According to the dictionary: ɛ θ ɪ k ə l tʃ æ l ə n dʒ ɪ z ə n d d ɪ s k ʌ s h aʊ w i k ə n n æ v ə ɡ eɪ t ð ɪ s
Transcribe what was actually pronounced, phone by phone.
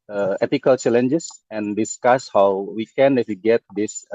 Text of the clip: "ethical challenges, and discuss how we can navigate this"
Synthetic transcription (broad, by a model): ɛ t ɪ k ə l tʃ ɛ l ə n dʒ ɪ s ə n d d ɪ s k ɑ s h aʊ w i k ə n n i f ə ɡ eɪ t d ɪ s